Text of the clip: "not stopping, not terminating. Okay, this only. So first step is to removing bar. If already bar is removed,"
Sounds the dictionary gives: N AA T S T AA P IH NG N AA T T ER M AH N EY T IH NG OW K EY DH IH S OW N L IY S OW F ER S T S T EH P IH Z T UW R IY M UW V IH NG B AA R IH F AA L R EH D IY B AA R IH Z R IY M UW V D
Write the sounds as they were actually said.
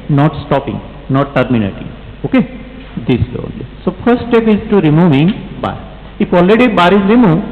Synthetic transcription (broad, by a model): N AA T S T AA P IH NG N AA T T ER M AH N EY T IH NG OW K EY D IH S OW N L IY S OW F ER T S T EH P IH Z T UW R IY M UW V IH NG B AA R IH F AA L R EH D IY B AA R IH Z R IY M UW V